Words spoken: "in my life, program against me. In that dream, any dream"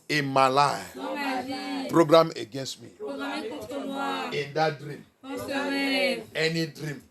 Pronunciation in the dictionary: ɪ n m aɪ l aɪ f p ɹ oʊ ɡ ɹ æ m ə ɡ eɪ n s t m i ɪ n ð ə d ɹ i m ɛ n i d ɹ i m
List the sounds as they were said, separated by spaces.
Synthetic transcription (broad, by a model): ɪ m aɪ l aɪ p ɹ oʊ ɡ ɹ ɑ m ə ɡ eɪ n s t m i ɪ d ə d ɹ i m ɛ n i d ɹ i m